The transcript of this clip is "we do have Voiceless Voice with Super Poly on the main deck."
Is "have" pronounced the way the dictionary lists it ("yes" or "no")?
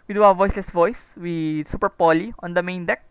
no